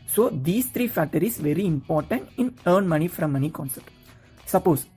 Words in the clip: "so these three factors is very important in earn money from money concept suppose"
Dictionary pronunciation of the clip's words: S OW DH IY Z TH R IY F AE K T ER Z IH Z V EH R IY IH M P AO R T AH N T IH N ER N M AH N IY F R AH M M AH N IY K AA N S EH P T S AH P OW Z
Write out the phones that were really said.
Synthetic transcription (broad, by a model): S OW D IY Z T R IY F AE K T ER IH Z V EH R IY IH M P AO R T AH N T IH N ER N M AH N IY F R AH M M AH N IY K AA N S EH T S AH P OW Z